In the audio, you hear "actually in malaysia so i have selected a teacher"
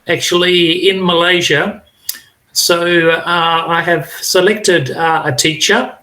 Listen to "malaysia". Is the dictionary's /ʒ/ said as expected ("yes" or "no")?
yes